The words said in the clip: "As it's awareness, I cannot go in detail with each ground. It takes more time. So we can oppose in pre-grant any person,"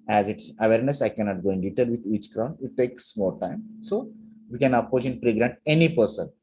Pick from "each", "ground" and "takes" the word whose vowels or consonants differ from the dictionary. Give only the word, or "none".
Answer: ground